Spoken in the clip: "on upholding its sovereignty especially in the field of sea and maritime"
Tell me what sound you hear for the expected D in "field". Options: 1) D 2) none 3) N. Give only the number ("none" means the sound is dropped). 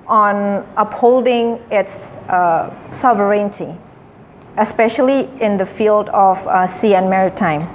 1